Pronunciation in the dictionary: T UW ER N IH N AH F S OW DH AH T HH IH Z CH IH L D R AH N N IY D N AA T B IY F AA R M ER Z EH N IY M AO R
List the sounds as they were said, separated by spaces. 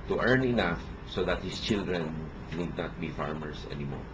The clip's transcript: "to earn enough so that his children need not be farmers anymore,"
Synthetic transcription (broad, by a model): T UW ER N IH N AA F S OW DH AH T HH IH S CH IH L D R AH N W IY D N AA T B IY F AA R M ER S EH N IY M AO R